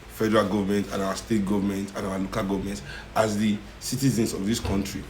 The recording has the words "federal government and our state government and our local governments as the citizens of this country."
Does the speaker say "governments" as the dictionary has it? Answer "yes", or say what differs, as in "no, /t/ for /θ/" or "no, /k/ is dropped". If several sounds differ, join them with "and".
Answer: no, /s/ is dropped